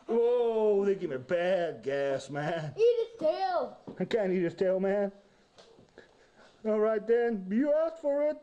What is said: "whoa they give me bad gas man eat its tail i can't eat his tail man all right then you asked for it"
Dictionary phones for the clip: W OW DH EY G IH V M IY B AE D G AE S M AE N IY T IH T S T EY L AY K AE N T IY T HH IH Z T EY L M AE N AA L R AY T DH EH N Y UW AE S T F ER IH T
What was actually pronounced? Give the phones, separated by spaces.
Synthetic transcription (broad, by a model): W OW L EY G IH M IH B AE D G AE S M AE N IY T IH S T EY L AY K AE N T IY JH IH S T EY L M AE N AA L R AY T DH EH N Y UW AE S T F ER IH T